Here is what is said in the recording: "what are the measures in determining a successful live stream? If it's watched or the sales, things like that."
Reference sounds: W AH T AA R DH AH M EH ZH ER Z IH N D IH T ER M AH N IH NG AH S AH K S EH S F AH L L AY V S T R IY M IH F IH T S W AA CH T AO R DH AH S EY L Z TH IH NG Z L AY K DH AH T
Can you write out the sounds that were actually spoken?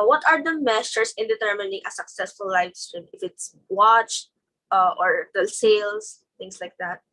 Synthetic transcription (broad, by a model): W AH T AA R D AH M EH S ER S IH N D IH T ER M AH N IH NG AH S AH K S EH S F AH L L AY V S T R IY M IH F IH T S W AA CH T AO R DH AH S EY L S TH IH NG S L AY K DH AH T